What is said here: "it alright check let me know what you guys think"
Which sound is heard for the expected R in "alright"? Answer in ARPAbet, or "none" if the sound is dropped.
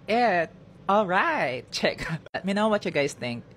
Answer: R